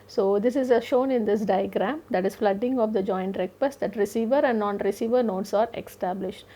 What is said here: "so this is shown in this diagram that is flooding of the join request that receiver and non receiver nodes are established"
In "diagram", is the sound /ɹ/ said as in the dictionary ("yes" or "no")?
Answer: yes